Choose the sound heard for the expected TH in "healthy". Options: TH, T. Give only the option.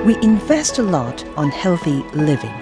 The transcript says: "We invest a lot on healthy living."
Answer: TH